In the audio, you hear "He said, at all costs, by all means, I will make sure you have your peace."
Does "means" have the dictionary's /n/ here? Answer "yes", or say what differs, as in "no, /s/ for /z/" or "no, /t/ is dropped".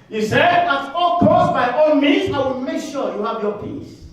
no, /n/ is dropped